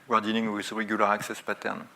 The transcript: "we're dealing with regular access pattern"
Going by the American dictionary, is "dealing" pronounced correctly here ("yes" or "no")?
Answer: no